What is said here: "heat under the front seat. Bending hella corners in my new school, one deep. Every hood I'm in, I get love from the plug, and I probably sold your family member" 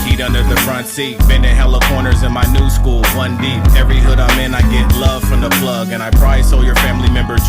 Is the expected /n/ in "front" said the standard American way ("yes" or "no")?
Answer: yes